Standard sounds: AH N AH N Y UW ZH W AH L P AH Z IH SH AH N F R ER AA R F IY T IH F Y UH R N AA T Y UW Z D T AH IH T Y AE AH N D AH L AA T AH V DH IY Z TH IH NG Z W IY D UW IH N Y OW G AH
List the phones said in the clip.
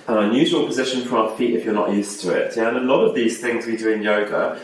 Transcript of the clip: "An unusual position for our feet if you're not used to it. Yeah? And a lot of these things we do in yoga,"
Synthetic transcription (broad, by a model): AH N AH N Y UW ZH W AH L P AH Z IH SH AH N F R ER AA F IY T IH F Y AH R N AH T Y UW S T AH IH T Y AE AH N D AH L AA T AH V DH IY Z TH IH NG Z W IY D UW IH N Y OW G AH